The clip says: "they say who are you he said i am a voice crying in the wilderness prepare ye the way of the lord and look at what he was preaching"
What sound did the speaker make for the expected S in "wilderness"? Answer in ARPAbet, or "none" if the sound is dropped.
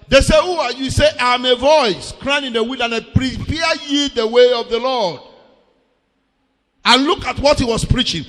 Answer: none